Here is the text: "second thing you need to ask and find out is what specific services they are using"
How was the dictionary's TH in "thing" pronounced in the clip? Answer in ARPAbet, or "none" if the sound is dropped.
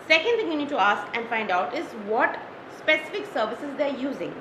T